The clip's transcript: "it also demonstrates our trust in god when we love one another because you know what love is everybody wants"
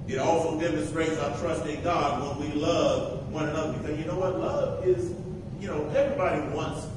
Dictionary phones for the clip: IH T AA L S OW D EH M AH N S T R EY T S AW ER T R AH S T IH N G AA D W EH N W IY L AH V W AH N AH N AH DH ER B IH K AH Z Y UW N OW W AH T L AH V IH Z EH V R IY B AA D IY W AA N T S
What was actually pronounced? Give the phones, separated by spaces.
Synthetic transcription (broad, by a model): IH T AA L S OW D EH M AH N S T R EY T S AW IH T R AH S T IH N G AA D W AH N W IY L AH V W AH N AH N AH DH ER B IH K AH Z Y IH N OW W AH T L AH V IH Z EH V R IY B AA D IY W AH N T S